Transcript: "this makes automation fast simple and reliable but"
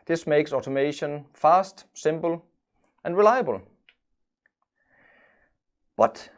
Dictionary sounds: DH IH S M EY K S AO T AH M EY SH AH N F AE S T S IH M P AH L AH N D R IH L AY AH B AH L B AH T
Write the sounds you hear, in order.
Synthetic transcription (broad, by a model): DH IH S M EY K S AO T AH M EY SH AH N F AE S T S IH M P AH L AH N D R IH L AY AH B AH L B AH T